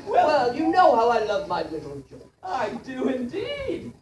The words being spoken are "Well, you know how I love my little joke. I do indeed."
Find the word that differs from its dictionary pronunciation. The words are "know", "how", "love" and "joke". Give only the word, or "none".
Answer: joke